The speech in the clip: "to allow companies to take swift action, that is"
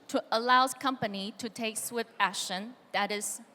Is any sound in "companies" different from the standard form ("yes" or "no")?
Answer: yes